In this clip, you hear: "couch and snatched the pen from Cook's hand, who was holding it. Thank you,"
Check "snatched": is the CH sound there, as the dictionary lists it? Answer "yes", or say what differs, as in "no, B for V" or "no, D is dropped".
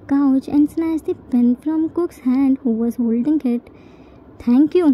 no, S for CH